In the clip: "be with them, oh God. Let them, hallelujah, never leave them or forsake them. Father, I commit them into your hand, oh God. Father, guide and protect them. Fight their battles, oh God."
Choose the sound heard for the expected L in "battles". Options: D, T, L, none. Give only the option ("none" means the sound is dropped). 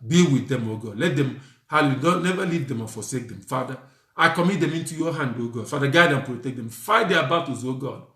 none